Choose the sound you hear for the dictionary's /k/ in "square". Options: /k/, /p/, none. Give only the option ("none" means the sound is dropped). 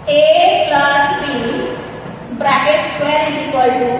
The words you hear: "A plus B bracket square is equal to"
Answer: none